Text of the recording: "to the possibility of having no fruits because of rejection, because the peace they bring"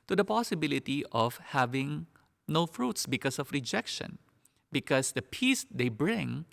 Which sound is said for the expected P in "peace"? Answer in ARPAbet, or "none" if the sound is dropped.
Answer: P